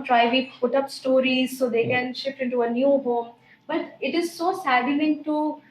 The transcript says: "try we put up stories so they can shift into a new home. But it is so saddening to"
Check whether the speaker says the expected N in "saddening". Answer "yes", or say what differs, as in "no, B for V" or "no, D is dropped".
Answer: no, L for N